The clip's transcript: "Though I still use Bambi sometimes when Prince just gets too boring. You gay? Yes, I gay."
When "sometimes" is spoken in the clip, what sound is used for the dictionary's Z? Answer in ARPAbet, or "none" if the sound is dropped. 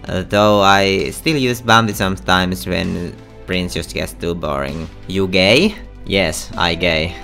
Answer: S